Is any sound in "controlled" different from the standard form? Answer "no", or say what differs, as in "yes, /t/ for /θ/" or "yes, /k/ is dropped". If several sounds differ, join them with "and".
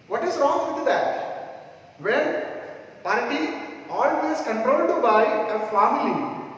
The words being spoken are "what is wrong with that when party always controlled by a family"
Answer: yes, /l/ is dropped